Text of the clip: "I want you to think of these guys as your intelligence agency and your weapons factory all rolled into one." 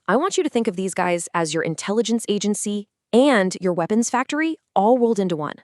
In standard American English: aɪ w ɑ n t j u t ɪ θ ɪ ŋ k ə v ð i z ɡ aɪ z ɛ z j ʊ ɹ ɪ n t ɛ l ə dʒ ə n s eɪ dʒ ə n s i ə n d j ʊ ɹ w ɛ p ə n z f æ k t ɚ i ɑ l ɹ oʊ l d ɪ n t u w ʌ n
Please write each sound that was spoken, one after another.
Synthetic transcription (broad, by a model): aɪ w ɑ n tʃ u t ɪ θ ɪ ŋ k ə v ð i z ɡ aɪ z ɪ z j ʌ ɹ ɪ n t ɛ l ə dʒ ə n s eɪ dʒ ə n s i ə n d j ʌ ɹ w ɛ p ə n z f æ k t ɚ i ɑ l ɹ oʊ l d ɪ n t u w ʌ n